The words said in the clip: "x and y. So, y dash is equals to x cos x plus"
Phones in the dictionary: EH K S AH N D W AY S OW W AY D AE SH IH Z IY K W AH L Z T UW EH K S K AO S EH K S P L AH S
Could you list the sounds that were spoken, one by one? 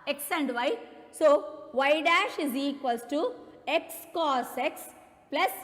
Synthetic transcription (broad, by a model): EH K S AH N D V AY S OW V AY D AE SH IH Z IY K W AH L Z T UW EH K S K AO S EH K S P L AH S